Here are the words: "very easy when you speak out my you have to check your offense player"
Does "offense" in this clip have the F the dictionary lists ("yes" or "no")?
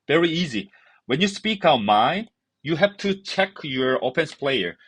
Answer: no